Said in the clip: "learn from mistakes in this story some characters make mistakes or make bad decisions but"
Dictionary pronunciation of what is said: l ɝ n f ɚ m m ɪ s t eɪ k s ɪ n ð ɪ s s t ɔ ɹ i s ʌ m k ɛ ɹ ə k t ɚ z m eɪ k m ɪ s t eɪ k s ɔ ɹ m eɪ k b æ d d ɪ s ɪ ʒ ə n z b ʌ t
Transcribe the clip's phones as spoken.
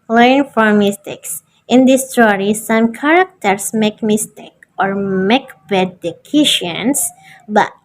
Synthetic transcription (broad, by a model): l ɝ n f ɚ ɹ m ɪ s t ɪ k s ɪ n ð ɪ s s t ɔ ɹ i s ʌ m k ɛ ɹ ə k t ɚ s m eɪ k m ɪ s t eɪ k ɔ ɹ m eɪ k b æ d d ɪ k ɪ ʃ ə n s b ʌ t